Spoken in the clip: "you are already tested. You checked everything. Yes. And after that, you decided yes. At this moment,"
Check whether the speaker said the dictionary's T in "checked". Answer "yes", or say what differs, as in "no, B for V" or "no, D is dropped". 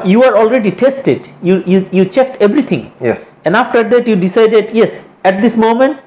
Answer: yes